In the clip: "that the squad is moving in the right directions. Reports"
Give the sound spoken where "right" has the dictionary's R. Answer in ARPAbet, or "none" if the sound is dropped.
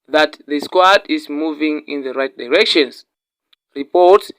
R